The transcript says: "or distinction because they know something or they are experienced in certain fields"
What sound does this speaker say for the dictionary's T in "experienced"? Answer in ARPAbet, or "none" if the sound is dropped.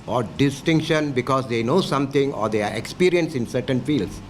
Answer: none